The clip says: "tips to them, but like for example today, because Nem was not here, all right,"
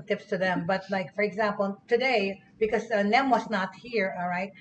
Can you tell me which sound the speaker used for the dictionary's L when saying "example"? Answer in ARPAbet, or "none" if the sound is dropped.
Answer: L